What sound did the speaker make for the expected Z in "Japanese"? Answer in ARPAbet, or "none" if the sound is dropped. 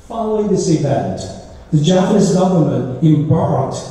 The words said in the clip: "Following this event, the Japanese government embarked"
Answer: S